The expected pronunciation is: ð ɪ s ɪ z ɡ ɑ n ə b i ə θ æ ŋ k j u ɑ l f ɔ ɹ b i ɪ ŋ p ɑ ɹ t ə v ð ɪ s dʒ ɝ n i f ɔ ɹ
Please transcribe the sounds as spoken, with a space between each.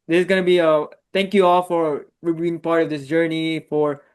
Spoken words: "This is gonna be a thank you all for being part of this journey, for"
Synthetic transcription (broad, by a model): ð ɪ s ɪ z ɡ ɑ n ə b i ə t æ ŋ k j u ɑ l f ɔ ɹ b i ɪ ŋ p ɑ ɹ t ə v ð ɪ s dʒ ɝ n i f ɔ ɹ